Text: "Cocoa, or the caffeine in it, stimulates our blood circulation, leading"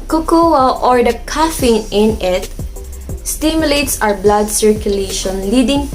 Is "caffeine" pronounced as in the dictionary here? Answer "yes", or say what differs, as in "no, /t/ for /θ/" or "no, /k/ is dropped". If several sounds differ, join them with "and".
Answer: yes